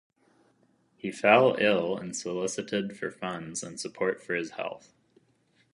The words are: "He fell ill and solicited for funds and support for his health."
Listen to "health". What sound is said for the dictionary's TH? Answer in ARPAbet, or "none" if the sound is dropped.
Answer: TH